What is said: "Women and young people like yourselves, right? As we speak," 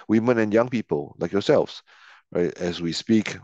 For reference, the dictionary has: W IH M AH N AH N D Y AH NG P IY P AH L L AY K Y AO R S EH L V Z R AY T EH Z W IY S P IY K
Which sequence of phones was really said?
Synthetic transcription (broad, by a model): W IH M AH N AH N Y AH NG P IY P AH L L AY K Y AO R S EH L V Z R AY T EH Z W IY S P IY K